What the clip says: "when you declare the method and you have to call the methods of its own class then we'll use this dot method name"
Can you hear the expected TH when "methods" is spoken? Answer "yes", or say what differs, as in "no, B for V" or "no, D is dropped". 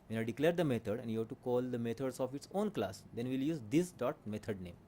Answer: no, T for TH